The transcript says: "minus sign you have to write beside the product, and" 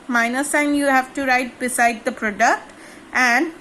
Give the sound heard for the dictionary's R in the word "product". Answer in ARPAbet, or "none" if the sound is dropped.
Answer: R